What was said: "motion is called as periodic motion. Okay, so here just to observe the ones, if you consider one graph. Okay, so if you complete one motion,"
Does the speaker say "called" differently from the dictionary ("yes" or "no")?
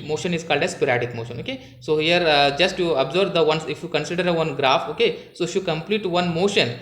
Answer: no